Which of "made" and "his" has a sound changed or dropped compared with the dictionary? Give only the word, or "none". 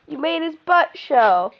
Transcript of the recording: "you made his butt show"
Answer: his